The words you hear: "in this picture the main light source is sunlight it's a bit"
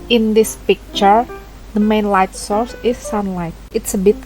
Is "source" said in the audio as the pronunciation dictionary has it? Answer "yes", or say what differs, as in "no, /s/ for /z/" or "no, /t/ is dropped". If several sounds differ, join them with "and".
yes